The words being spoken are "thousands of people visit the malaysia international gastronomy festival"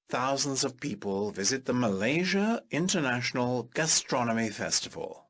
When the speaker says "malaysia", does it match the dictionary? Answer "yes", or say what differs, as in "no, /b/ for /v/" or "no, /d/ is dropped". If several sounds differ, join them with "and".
yes